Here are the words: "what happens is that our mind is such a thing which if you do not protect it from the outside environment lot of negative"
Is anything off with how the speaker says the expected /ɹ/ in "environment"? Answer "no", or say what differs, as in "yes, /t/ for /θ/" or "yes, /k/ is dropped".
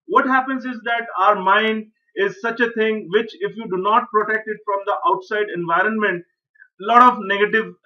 no